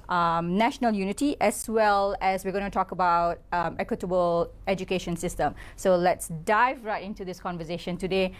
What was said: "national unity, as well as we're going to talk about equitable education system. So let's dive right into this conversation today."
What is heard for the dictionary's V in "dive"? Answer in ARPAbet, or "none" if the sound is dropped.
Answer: V